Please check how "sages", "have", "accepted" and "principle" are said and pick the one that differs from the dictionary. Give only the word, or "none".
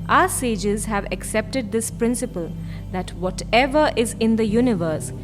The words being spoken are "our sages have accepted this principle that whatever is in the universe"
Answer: none